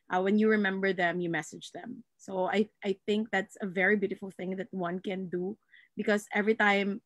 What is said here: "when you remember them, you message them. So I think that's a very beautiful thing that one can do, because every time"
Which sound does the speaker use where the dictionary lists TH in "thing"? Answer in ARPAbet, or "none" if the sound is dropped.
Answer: TH